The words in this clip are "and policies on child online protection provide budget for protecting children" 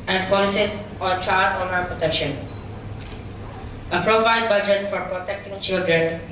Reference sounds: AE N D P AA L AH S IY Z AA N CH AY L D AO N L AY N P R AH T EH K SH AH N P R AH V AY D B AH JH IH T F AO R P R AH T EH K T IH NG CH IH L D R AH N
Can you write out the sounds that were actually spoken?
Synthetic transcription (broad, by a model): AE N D P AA L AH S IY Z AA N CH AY D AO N AY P R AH T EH K SH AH N P R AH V AY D B AH JH IH T F AO R P R AH T EH K T IH NG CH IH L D R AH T